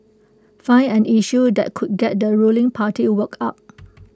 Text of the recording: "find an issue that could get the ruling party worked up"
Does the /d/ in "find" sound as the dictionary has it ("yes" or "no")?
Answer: no